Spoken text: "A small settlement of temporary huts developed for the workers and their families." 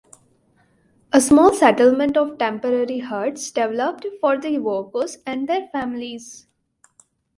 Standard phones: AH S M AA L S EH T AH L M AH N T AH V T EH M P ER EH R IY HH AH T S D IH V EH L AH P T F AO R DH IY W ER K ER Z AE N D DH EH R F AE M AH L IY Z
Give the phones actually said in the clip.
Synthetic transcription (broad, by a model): AH S M AA L S EH T AH L M AH N T AH V T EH M P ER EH R IY HH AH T S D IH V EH L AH P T F AO R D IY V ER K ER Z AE N D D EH R F AE M AH L IY Z